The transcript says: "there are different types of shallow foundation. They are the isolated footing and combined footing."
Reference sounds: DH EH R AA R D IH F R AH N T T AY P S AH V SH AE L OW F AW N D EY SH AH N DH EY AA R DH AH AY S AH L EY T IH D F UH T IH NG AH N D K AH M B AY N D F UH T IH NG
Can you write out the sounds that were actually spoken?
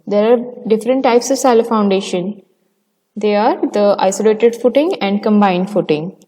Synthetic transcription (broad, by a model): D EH R AA R D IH F R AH N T T AY P S AH V S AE L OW F AW N D EY SH AH N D EY AA R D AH AY S AH L EY T IH D F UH T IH NG AH N D K AH M B AY N D F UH T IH NG